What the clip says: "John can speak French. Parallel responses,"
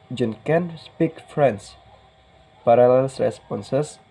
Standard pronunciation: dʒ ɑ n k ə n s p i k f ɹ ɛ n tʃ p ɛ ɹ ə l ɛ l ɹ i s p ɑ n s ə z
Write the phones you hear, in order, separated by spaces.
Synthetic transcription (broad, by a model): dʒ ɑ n k ə n s p i k f ɹ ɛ n s p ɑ ɹ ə l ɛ l ɹ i s p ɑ n s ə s